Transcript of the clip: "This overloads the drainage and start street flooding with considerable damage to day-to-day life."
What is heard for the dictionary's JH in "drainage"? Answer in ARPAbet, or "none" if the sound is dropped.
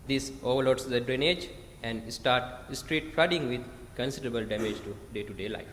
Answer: JH